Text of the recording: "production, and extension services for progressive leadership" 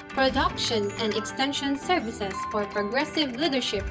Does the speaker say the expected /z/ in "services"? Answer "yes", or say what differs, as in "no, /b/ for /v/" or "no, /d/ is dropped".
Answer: no, /s/ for /z/